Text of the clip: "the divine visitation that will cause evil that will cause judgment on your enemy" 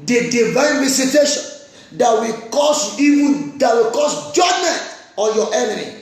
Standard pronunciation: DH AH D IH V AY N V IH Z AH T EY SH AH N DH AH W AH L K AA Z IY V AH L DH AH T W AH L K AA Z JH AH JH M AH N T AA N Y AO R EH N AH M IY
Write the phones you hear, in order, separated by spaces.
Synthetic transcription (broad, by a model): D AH D IH V AY N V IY S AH T EY SH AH N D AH W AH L K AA S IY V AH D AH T W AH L K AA S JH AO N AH T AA Y AO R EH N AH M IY